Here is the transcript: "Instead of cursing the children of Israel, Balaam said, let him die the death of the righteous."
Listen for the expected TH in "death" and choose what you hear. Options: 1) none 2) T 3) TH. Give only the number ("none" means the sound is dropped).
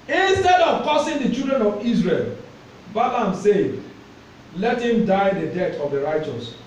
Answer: 2